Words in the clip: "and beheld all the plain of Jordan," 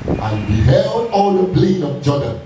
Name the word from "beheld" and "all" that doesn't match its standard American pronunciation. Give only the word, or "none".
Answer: none